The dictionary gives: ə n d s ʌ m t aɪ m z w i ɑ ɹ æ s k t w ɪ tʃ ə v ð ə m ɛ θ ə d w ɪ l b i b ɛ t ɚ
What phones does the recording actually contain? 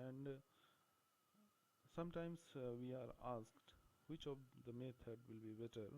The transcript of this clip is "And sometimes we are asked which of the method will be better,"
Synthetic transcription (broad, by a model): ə n d s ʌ m t aɪ m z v i ɑ ɹ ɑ s k t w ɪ tʃ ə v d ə m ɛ t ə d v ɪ l b i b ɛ t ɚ